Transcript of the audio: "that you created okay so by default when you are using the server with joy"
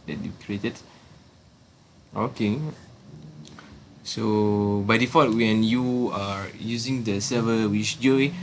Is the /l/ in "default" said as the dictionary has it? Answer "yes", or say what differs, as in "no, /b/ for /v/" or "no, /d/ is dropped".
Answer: no, /l/ is dropped